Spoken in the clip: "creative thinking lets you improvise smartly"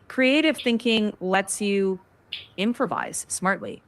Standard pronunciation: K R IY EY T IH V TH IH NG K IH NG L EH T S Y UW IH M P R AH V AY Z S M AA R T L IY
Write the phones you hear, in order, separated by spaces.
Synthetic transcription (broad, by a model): K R IY EY T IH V TH IH NG K IH NG L EH T S Y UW IH M P R AH V AY Z S M AA R T L IY